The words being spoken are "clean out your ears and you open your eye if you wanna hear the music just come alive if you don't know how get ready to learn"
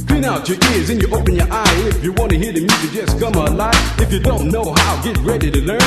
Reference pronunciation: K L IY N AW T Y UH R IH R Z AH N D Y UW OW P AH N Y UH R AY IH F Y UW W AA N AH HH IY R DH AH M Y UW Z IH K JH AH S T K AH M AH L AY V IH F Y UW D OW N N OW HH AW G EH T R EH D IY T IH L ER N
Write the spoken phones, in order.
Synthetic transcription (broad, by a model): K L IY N AW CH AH R IH R Z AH N Y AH OW P AH N Y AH R AY IH F Y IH W AA N AH HH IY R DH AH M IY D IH JH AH S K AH M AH L AY IH F Y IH D OW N N OW HH AW G EH T R EH D IY T IH L ER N